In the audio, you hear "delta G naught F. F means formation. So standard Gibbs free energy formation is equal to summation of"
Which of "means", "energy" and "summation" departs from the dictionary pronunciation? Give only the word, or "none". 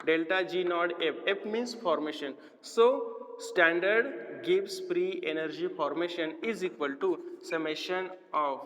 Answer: means